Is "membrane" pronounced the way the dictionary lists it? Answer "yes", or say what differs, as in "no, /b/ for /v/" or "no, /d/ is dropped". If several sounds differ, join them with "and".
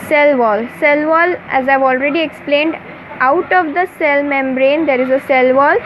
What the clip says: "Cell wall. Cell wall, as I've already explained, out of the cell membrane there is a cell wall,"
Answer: yes